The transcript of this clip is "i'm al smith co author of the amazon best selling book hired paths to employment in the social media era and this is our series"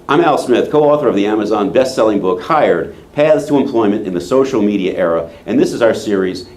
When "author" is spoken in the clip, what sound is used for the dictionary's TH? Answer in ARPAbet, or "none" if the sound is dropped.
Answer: TH